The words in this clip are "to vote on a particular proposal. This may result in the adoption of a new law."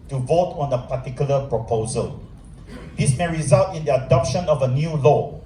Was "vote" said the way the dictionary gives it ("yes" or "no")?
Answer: yes